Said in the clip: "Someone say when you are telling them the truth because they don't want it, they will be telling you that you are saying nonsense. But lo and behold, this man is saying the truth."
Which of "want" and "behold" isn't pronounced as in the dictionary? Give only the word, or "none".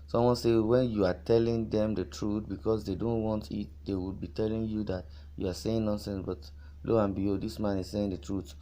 behold